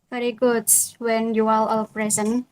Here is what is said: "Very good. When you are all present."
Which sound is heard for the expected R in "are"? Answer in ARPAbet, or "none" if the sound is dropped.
L